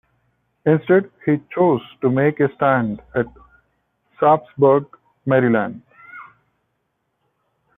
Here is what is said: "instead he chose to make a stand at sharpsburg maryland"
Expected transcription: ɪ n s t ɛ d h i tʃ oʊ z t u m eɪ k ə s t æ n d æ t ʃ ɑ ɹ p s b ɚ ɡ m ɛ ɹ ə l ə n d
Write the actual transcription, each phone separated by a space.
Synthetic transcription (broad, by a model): ɪ n s t ɛ d h i tʃ oʊ z t u m eɪ k ə s t æ n d æ t s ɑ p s b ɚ ɡ m ɛ ɹ ə l ə n d